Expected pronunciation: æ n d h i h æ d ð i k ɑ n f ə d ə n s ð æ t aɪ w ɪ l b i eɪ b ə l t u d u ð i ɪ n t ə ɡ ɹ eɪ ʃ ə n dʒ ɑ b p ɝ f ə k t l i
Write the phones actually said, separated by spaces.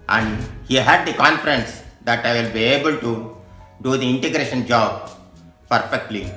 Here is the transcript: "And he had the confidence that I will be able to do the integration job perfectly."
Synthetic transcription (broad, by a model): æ n d h i h æ d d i k ɑ n f ə d ə n s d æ t aɪ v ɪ l b i eɪ b ə l t u d u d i ɪ n t ə ɡ ɹ eɪ ʃ ə n dʒ ɑ b p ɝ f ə k t l i